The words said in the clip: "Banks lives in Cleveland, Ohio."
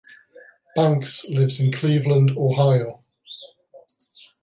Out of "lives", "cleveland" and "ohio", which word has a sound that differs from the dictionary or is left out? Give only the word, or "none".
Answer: none